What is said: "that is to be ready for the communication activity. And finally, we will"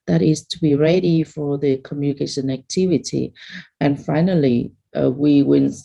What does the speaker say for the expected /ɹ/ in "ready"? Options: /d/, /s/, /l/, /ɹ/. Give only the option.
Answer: /ɹ/